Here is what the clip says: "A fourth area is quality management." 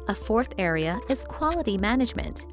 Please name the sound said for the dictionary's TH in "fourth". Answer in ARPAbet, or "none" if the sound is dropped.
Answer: TH